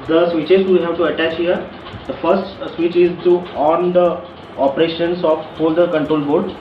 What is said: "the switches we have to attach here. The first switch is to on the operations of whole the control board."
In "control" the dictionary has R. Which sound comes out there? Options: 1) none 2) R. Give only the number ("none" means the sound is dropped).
2